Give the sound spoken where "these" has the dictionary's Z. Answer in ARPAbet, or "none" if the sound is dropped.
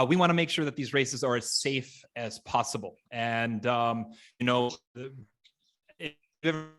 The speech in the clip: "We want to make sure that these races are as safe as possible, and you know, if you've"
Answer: Z